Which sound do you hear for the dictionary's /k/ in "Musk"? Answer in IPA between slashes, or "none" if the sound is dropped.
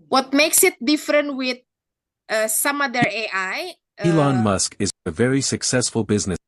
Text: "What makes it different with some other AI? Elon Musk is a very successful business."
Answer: /k/